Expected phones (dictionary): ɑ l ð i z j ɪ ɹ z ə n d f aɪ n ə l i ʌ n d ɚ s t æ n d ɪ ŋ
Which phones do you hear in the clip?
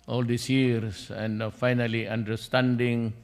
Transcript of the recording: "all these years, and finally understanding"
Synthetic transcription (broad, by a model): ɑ l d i s j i ɹ s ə n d f aɪ n ə l i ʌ n d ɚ s t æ n d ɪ ŋ